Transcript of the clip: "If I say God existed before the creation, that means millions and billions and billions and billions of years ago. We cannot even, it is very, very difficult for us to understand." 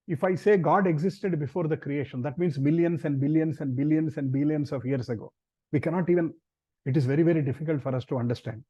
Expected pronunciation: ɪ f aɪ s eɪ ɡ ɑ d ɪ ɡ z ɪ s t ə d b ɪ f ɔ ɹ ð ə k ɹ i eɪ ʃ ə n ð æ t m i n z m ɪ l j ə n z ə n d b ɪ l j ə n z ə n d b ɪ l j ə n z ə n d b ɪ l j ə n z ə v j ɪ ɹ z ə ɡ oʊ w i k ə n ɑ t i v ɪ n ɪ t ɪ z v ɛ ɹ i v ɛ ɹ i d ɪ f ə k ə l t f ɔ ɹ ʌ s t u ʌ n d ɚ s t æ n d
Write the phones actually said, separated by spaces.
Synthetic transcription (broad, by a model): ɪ f aɪ s eɪ ɡ ɑ d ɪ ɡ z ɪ s t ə d b ɪ f ɔ ɹ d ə k ɹ i eɪ ʃ ə n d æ t m i n s m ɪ l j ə n s ə n d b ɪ l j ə n s ə n d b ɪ l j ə n s ə n d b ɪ l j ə n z ə v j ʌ ɹ s ə ɡ oʊ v i k ə n ɑ t i v ɪ n ɪ t ɪ z v ɛ ɹ i v ɛ ɹ i d ɪ f ə k ə l t f ɔ ɹ ʌ s t u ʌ n d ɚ s t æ n d